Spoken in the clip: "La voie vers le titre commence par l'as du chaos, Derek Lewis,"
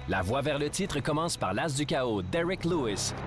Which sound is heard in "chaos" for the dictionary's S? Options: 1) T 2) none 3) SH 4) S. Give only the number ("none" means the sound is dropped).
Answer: 2